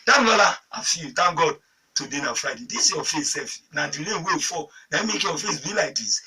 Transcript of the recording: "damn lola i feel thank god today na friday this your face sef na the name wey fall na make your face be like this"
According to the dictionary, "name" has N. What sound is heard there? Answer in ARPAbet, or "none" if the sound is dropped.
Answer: L